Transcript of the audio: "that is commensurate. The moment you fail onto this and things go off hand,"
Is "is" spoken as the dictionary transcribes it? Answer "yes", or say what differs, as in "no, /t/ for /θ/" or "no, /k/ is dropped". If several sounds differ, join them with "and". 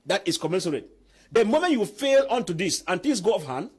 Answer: no, /s/ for /z/